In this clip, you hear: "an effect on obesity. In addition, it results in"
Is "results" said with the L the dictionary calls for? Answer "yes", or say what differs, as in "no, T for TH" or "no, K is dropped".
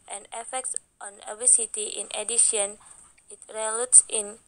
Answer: no, L is dropped